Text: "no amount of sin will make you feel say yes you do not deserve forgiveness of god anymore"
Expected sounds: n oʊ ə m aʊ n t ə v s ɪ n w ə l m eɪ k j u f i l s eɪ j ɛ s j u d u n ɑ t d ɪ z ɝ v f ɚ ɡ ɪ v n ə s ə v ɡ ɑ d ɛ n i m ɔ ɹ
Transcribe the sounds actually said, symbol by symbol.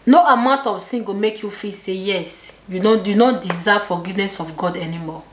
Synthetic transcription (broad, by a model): n oʊ ə m aʊ n t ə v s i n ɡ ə m eɪ k j u f i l s eɪ j ɛ s j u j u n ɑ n d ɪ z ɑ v f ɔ ɡ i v n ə s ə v ɡ ɑ d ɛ n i m ɔ